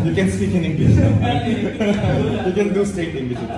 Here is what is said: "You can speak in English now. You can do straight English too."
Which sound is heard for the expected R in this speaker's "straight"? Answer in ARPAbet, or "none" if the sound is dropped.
none